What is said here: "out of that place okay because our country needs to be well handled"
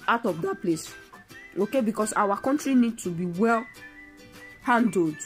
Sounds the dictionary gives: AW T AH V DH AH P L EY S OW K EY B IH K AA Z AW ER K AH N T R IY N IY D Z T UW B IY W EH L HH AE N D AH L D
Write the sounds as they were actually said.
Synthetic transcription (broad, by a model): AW T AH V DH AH P L EY S OW K EY B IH K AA S AW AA K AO N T R IY N IY D T UW B IY W EH L HH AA N D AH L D